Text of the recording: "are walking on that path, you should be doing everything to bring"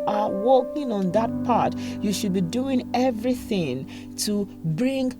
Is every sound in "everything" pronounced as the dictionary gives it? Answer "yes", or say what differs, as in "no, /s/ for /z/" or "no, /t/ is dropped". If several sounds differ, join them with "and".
yes